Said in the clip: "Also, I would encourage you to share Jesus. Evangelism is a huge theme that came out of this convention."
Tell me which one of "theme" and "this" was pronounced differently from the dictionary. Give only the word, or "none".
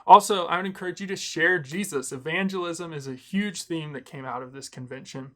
none